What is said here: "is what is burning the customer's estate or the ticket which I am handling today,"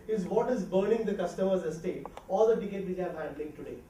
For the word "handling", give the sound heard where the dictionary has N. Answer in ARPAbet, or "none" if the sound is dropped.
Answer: none